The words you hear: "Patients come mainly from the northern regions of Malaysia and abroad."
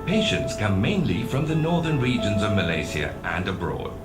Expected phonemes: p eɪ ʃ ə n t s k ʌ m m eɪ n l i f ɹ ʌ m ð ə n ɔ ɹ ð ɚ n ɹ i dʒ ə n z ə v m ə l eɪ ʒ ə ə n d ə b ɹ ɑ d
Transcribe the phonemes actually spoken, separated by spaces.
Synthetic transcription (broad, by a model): p eɪ ʃ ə n t s k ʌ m m eɪ n l i f ɹ ʌ m ð ə n ɔ ɹ ð ɚ n ɹ i dʒ ə n z ə v m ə l eɪ s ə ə n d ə b ɹ ɑ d